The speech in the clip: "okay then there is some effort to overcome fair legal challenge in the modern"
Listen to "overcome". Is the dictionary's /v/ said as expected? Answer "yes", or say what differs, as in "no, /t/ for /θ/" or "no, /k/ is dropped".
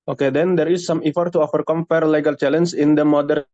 no, /f/ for /v/